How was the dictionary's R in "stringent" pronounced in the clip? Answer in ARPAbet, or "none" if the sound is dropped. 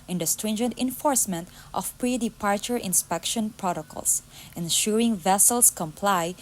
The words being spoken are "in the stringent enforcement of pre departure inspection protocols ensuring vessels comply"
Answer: R